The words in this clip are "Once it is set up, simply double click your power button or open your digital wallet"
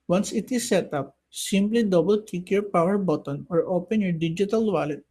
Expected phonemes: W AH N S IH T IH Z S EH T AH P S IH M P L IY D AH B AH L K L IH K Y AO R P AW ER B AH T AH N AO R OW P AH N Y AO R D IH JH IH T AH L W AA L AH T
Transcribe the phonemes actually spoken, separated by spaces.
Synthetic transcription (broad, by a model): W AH N S IH T IH Z S EH T AH P S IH M P L IY D AH B AH L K IH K Y AO R P AW ER B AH T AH N AO R OW P AH N Y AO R D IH JH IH T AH L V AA L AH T